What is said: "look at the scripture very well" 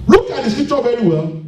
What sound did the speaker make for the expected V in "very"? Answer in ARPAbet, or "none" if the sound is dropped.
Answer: V